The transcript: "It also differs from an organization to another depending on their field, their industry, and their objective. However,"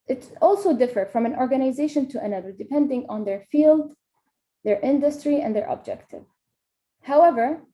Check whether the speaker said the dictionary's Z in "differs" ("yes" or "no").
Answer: no